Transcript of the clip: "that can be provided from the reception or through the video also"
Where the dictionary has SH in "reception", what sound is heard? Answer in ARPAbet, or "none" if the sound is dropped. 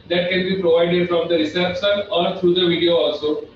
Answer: S